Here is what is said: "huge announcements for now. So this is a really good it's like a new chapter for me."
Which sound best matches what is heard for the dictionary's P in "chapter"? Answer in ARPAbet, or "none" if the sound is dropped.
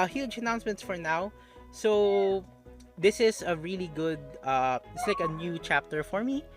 P